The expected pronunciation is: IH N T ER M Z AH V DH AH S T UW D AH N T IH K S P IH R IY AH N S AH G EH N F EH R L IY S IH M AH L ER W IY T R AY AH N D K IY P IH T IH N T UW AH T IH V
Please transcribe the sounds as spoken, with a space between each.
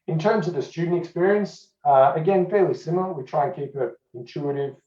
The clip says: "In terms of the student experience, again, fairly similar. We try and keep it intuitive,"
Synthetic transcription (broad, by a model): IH N T ER M Z AH V DH AH S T UW D N T IH K S P IH R IY AH N S AH G EH N F EH R L IY S IH M L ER W IY T R AY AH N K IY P IH T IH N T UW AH T IH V